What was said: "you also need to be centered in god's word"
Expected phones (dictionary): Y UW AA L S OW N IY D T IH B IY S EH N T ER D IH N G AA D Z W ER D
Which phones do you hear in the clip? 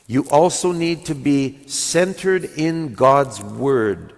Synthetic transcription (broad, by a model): Y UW AA L S OW N IY D T IH B IY S EH N T ER D IH N G AA D Z W ER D